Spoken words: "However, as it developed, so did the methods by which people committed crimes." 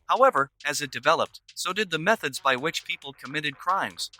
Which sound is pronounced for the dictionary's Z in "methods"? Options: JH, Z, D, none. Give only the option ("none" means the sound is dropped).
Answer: Z